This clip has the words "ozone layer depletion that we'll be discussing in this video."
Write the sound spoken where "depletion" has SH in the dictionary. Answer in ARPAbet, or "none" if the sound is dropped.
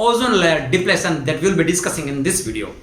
S